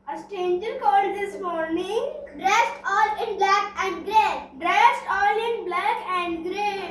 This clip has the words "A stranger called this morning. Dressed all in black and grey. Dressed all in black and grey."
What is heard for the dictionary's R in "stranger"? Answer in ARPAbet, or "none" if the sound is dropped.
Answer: none